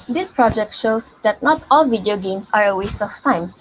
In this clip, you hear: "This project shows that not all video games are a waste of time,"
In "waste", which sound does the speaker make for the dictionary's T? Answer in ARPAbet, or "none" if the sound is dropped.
T